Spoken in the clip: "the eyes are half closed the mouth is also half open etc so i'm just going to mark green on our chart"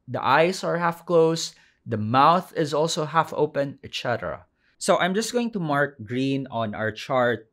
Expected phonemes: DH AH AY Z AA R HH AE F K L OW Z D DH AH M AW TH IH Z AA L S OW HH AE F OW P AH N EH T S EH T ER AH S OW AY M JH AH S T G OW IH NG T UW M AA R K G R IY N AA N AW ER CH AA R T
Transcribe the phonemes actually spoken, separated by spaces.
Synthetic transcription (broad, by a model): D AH AY S AA R HH AE F K L OW S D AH M AW TH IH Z AA L S OW HH AE F OW P AH N EH T S EH T ER AH S OW AY M JH AH S T G OW IH NG T UW M AA R K G R IY N AA N AW ER CH AA R T